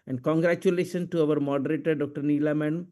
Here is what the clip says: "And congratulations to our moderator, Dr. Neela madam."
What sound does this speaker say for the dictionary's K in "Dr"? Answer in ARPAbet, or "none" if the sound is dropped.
K